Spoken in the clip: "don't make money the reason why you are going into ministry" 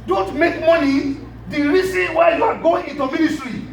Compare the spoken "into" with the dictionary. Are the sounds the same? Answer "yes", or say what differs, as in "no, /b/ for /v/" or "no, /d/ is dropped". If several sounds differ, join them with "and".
yes